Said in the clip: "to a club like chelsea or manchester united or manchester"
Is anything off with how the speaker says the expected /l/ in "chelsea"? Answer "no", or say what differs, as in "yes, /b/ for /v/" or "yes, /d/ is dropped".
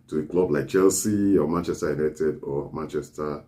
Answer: no